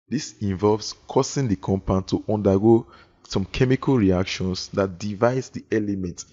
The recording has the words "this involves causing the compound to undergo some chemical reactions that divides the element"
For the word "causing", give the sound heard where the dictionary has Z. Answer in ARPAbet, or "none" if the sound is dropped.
S